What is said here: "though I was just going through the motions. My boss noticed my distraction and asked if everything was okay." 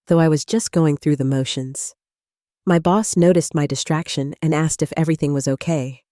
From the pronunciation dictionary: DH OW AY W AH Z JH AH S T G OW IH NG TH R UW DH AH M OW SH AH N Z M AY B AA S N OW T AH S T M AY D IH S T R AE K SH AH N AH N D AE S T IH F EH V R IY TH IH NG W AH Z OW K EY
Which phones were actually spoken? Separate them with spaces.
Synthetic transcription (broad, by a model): DH OW AY W AH Z JH AH S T G OW IH NG TH R UW DH AH M OW SH AH N Z M AY B AA S N OW T AH S T M AY D IH S T R AE K SH AH N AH N AE S T IH F EH V R IY TH IH NG W AH Z OW K EY